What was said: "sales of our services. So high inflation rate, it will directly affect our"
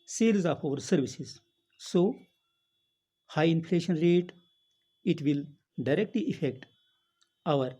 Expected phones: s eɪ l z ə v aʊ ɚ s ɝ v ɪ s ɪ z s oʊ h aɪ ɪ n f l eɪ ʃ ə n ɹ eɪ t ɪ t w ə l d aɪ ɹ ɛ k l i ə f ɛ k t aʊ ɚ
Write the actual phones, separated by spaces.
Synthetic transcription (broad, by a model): s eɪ l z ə p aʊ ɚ s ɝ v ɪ s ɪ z s oʊ h aɪ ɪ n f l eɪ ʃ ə n ɹ eɪ t ɪ t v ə l d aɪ ɹ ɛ k l i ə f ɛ k t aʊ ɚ